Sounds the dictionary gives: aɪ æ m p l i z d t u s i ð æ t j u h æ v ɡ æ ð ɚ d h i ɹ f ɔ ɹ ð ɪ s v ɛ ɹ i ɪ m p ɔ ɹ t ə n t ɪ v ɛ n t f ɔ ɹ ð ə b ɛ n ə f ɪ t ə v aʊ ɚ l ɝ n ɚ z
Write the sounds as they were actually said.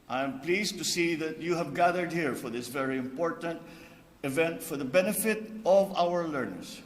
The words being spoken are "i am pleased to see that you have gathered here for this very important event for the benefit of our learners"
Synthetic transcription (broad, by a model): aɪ m p l i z t u s i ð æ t j u h æ v ɡ æ ð ɚ d h i ɹ f ɔ ɹ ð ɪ s v ɛ ɹ i ɪ m p ɔ ɹ t ə n t ɪ v ɛ n t f ɔ ɹ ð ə b ɛ n ə f ɪ t ə v aʊ ɚ l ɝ n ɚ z